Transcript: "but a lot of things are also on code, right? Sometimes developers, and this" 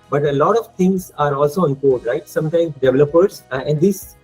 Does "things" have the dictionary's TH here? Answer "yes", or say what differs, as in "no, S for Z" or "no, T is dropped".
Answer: no, T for TH